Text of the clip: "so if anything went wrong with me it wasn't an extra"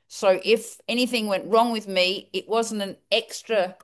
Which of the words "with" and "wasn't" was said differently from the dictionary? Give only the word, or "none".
none